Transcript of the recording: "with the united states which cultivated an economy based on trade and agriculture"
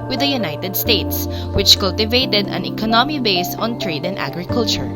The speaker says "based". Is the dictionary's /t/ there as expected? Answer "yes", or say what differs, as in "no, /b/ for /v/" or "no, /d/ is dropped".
no, /t/ is dropped